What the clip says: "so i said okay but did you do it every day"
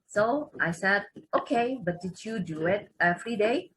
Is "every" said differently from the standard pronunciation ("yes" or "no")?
yes